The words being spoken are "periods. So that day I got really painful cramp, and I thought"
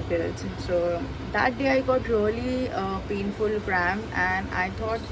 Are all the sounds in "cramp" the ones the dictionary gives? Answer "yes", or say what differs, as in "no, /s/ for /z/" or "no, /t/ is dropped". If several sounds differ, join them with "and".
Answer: no, /p/ is dropped